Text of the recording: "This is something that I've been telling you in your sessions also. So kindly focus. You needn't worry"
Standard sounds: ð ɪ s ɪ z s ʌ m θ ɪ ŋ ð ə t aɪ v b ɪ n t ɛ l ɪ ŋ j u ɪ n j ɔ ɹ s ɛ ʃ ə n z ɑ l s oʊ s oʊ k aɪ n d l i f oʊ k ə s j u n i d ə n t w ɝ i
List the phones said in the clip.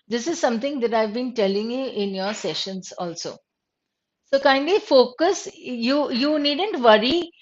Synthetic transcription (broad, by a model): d ɪ s ɪ z s ʌ m t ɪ ŋ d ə t aɪ v b ɪ n t ɛ l ɪ ŋ j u ɪ n j ɔ ɹ s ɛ ʃ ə n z ɑ l s oʊ s oʊ k aɪ n d i f oʊ k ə s j u n i d ə n t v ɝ i